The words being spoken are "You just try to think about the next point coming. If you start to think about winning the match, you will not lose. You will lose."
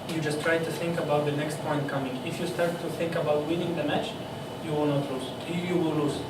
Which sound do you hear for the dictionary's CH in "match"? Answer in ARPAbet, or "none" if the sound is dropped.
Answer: CH